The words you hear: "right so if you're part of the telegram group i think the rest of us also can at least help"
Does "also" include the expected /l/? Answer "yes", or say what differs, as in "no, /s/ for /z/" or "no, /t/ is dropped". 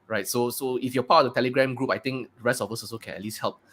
no, /l/ is dropped